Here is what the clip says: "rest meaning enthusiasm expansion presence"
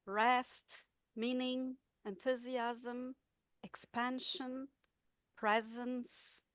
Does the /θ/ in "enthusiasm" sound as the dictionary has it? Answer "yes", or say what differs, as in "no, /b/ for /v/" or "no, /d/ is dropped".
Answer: yes